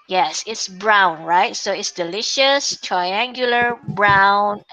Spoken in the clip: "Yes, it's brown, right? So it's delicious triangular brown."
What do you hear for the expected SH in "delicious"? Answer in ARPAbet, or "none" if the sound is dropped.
SH